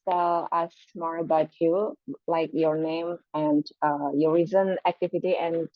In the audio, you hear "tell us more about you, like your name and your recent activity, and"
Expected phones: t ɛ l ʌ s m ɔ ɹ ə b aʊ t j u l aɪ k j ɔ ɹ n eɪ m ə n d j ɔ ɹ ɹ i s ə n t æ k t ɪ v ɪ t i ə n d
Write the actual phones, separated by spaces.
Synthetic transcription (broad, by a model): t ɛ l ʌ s m ɔ ɹ ə b aʊ t j u l aɪ k j ɔ ɹ n eɪ m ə n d j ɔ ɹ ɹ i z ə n æ k t ɪ v ɪ t i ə n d